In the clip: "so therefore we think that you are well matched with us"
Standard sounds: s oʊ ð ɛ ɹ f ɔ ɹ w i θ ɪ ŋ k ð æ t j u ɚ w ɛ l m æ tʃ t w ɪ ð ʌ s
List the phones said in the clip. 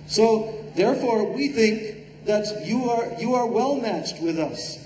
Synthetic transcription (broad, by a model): s oʊ ð ɛ ɹ f ɔ ɹ w i θ ɪ ŋ k ð æ t j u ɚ w ɛ l m æ tʃ t w ɪ ð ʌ s